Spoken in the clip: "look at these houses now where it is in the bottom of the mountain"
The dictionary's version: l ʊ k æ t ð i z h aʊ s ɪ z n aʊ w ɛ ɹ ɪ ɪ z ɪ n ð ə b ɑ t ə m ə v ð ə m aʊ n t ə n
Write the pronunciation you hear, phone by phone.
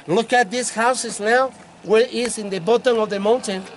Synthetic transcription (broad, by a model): l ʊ k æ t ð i s h aʊ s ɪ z n aʊ w ɛ ɹ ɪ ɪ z ɪ n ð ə b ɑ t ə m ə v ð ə m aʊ n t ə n